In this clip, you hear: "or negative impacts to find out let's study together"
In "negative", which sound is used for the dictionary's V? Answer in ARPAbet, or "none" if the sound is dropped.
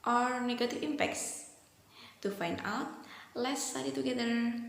F